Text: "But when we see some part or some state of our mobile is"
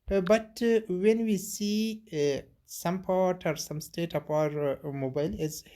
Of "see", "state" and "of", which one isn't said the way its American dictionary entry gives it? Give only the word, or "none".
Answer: of